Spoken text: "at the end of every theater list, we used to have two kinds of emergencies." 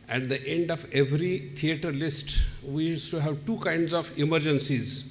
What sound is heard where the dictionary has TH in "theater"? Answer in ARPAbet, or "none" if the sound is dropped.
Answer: T